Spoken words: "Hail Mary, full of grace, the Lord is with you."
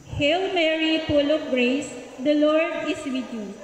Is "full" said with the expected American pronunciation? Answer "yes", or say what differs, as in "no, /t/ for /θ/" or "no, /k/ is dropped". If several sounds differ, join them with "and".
no, /p/ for /f/